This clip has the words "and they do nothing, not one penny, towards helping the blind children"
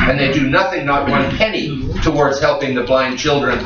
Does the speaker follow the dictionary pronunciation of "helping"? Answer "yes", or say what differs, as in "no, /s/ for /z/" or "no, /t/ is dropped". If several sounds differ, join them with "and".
yes